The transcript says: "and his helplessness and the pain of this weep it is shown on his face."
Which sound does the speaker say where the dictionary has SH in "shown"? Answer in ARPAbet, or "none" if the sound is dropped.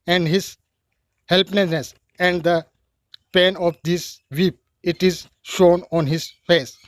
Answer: SH